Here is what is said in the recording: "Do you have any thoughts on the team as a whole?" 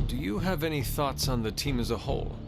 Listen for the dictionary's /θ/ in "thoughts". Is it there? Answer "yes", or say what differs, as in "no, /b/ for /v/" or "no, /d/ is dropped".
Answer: yes